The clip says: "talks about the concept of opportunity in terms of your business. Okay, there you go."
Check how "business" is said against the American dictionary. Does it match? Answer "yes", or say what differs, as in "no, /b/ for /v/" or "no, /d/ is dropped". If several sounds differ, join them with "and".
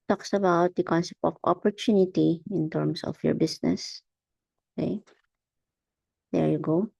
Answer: no, /s/ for /z/